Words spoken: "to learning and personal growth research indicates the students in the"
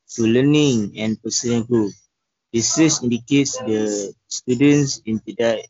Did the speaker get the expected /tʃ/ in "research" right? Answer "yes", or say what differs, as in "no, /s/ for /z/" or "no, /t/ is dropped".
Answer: no, /s/ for /tʃ/